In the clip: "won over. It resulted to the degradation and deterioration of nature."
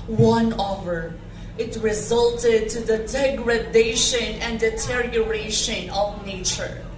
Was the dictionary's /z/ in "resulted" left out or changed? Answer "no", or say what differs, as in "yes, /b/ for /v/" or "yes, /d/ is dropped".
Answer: no